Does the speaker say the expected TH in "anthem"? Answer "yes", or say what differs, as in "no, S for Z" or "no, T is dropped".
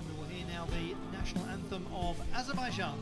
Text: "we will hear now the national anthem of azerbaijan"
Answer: yes